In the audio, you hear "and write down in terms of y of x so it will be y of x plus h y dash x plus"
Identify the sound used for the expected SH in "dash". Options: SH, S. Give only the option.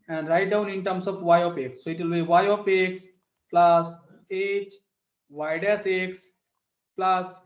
S